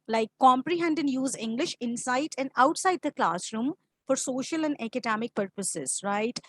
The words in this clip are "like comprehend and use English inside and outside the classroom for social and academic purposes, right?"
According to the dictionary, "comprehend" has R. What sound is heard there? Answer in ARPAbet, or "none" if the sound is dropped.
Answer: R